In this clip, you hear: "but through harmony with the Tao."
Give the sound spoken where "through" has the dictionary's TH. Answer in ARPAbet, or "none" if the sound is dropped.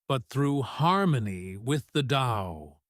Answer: TH